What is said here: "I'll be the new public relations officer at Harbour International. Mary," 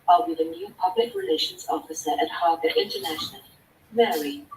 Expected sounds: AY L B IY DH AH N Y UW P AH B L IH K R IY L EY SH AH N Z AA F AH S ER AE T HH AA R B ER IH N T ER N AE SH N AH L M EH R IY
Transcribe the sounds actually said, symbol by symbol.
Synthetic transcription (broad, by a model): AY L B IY DH AH N Y UW P AH B L IH K R IY L EY SH AH N Z AA F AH S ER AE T HH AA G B IH N T ER N AE SH N AH L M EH R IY